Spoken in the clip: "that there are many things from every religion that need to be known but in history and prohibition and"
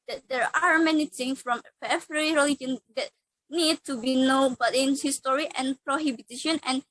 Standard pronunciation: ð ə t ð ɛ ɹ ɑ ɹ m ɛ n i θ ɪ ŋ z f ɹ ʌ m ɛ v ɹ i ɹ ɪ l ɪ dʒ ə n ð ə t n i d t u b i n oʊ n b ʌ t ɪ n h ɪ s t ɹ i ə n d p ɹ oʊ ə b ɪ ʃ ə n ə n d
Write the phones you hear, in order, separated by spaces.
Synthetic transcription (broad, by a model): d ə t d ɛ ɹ ɑ ɹ m ɛ n i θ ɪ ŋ s f ɹ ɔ m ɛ f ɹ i ɹ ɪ l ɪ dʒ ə n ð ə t n i d t u b i n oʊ b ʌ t ɪ n h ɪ s t ɹ i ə n p ɹ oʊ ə b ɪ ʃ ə n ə n